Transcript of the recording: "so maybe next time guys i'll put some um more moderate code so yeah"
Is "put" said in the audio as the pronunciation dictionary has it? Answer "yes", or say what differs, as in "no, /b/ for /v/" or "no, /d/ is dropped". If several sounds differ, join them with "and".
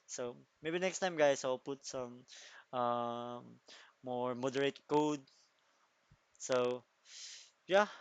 yes